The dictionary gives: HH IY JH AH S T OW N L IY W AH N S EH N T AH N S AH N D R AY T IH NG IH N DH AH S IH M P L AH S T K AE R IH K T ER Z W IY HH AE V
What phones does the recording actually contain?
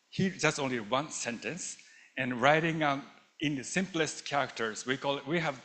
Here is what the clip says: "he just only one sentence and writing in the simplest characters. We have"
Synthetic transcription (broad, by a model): HH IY JH AH S T OW N L IY W AH N S EH N T AH N S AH N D R AY T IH NG IH N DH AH S IH M P L AH S T K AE R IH K T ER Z W IY HH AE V